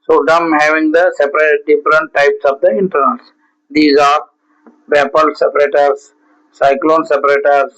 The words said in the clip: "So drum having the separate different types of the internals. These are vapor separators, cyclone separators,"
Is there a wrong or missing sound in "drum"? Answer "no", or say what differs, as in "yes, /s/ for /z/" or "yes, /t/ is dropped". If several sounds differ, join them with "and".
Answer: yes, /ɹ/ is dropped